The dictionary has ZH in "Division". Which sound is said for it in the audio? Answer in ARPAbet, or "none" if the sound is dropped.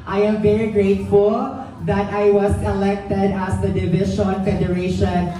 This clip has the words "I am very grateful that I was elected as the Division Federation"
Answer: SH